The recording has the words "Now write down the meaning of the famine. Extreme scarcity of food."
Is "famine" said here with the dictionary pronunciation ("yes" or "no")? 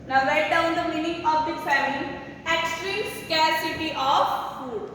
no